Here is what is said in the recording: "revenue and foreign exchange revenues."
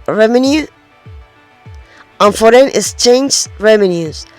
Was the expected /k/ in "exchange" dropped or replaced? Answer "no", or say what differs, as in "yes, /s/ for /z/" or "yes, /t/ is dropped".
yes, /k/ is dropped